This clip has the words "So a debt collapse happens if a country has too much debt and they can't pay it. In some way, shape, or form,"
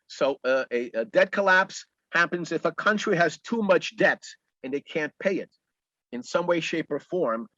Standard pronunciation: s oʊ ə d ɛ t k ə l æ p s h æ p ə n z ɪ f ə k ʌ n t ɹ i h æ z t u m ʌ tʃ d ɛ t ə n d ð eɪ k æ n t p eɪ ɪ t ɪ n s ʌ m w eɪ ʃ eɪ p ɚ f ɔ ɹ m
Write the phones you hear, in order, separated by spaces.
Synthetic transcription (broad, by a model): s oʊ ə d ɛ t k ə l æ p s h æ p ə n z ɪ f ə k ʌ n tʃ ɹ i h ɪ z t u m ʌ tʃ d ɛ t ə n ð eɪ k æ n p eɪ ɪ t ɪ n s ʌ m w eɪ ʃ eɪ p ɚ f ɔ ɹ m